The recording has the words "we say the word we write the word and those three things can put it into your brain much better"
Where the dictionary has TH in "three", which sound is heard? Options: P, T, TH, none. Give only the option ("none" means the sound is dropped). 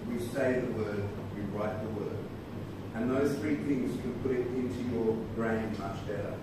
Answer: TH